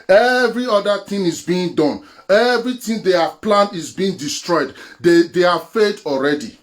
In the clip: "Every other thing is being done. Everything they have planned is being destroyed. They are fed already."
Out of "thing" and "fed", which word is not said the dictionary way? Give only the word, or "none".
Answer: thing